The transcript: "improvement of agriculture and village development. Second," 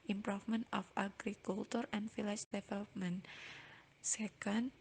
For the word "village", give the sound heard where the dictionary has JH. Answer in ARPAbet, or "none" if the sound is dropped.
CH